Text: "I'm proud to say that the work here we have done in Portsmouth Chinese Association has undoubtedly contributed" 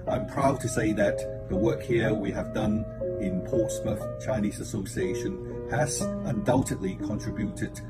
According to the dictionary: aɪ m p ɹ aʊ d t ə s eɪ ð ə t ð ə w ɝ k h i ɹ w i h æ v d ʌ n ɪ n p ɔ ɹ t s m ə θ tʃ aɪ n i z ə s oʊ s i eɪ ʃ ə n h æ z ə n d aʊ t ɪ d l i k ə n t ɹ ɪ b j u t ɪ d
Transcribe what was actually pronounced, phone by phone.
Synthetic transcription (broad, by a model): aɪ m p ɹ aʊ d t ə s eɪ ð ə t ð ə w ɝ k h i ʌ w i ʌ v d ʌ n ɪ n p ɔ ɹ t s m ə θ tʃ aɪ n i z ə s oʊ s i eɪ ʃ ə n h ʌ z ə n d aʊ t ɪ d l i k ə n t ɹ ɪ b j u t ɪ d